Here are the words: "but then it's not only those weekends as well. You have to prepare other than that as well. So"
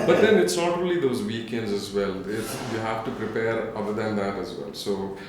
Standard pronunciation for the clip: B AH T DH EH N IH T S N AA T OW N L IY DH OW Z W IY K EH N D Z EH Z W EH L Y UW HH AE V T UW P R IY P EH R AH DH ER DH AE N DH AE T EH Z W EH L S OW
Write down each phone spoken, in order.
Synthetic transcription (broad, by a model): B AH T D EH N IH T S N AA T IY L IY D OW Z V IY K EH N D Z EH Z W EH L Y UW HH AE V T UW P R IY P EH R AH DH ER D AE N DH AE T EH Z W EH L S OW